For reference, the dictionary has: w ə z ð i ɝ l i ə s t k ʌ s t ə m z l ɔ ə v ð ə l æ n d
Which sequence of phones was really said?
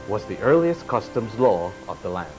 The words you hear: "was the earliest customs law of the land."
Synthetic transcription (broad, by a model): w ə z ð i ɝ l i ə s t k ʌ s t ə m z l ɔ ə v ð ə l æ n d